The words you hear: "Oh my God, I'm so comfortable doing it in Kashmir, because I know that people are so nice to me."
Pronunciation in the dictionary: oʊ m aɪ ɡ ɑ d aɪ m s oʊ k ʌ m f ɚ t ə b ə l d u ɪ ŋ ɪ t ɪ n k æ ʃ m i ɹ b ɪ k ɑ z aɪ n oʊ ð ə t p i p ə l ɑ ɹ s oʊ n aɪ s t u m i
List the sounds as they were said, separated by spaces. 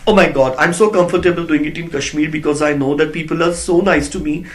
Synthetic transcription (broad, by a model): oʊ m aɪ ɡ ɑ d aɪ m s oʊ k ʌ m f ɚ t ə b ə l d u ɪ ŋ ɪ t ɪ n k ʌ ʃ m i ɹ b ɪ k ɑ z aɪ n oʊ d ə t p i p ə l ɑ ɹ s oʊ n aɪ s t u m i